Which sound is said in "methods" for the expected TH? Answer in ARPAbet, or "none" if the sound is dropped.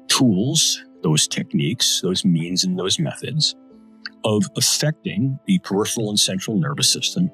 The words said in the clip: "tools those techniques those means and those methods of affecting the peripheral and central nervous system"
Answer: TH